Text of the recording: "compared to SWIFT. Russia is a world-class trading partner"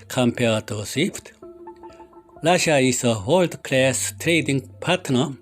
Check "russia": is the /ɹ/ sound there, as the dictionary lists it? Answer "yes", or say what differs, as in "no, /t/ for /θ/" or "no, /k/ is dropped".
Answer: no, /l/ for /ɹ/